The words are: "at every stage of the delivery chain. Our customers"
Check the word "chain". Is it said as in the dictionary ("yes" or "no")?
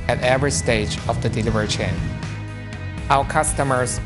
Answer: yes